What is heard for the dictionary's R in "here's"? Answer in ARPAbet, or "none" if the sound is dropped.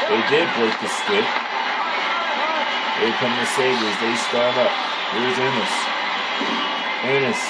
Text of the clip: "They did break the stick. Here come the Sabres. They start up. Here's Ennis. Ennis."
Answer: W